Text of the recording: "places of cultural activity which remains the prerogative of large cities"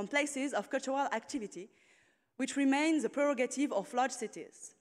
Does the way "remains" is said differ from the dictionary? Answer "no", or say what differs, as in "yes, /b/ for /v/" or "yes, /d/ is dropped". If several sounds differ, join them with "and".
no